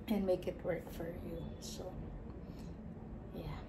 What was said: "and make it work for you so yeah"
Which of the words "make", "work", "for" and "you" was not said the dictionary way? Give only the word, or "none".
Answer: none